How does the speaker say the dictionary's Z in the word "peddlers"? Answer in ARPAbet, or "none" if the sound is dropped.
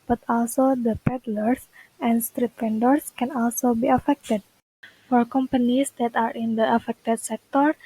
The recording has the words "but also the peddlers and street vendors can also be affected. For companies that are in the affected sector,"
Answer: S